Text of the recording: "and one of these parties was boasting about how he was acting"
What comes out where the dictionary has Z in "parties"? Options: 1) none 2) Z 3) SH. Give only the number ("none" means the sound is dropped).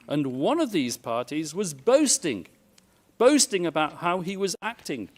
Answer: 2